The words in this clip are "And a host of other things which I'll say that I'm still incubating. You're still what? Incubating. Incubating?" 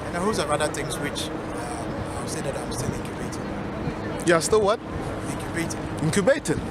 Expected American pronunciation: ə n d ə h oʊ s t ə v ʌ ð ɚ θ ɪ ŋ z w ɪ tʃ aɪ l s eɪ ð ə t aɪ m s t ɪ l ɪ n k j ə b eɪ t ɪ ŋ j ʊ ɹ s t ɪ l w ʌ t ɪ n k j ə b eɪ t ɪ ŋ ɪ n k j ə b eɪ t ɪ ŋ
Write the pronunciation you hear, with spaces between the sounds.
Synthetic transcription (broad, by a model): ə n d ə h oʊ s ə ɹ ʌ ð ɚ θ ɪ ŋ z w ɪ tʃ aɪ w s eɪ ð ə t aɪ m s t ɪ l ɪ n k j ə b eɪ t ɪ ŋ j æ s t ɪ l w ʌ t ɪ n k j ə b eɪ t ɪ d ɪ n k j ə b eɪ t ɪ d